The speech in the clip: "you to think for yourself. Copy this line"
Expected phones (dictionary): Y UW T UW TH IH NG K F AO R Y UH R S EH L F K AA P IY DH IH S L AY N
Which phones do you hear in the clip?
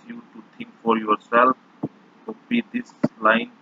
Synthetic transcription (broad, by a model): Y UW T UW T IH NG K F AO R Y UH R S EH L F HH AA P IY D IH S L AY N